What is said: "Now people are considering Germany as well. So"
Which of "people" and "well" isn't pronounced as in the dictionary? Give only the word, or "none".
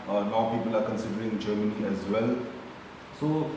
none